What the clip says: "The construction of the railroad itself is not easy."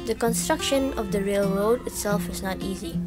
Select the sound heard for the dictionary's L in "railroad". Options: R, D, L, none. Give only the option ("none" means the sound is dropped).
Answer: L